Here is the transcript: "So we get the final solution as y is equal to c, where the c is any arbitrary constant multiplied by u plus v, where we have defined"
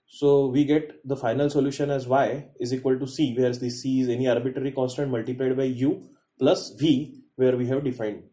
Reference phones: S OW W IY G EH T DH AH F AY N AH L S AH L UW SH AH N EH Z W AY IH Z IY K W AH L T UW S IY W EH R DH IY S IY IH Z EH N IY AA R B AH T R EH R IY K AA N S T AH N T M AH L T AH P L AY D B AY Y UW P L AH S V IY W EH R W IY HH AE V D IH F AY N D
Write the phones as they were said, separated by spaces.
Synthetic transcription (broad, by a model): S OW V IY G EH T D AH F AY N AH L S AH L UW SH AH N EH Z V AY IH Z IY K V AH L T UW S IY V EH R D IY S IY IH Z EH N IY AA R B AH T R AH R IY K AA N S T AH N T M AH L T AH P L AY D B AY Y UW P L AH S V IY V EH R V IY HH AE V D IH F AY N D